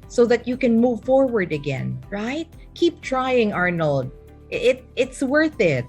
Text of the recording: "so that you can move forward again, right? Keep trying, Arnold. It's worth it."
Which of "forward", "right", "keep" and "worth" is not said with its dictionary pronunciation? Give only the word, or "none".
none